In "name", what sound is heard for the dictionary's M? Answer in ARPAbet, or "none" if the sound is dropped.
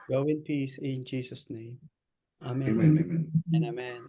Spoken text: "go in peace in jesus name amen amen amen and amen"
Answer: none